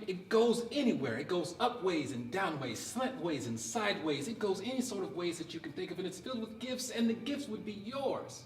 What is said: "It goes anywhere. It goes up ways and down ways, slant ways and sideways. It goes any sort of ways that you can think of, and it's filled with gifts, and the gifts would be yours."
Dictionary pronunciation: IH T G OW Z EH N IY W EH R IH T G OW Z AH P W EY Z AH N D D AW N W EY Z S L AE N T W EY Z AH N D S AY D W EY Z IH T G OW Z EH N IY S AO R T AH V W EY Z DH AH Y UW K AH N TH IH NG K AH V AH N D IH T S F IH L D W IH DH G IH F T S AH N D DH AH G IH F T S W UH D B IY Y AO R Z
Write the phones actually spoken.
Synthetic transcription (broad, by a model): IH T G OW Z EH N IY W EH R IH T G OW Z AH P W EY Z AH N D D AW N W EY Z S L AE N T W EY Z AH N S AY D W EY Z IH T G OW Z EH N IY S AO R T AH V W EY Z DH AH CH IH K N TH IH K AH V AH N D IH T S F IH L D W IH DH G IH F T S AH N DH AH G IH F T S W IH D B IY Y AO R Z